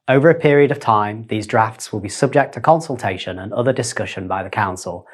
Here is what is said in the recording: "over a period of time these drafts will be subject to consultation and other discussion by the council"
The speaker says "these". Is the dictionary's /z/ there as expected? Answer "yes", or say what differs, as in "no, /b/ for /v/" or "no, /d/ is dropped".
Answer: yes